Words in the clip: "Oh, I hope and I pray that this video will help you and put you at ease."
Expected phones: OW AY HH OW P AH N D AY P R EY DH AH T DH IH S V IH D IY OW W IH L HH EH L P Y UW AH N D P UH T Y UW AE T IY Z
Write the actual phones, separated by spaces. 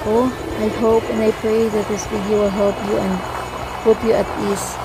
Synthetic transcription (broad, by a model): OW AY HH OW P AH N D AY P R EY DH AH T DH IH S B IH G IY W IH L HH EH L P Y UW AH N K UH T Y UW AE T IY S